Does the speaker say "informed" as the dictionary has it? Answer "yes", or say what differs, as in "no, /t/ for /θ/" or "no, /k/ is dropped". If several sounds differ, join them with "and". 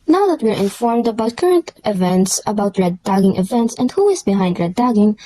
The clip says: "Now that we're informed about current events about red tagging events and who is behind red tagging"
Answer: yes